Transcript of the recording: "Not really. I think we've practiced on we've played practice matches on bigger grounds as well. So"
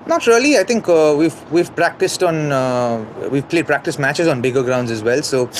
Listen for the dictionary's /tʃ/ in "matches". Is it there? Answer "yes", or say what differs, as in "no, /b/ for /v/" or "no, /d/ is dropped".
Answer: yes